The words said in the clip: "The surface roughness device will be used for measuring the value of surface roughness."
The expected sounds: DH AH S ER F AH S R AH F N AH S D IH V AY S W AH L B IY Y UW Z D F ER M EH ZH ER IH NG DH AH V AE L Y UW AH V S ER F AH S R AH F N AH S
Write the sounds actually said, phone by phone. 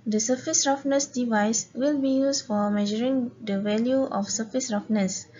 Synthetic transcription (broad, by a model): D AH S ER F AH S R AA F N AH S D IH V AY S W AH L B IY Y UW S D F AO M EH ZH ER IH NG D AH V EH L Y UW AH F S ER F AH S R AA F N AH S